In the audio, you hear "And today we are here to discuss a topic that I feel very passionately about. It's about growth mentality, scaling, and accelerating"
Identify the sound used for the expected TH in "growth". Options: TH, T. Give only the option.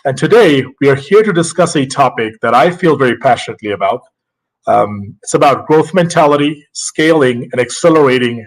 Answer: TH